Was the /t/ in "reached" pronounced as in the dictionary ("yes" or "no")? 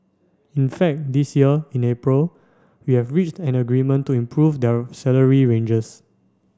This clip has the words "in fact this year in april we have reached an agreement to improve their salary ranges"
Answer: yes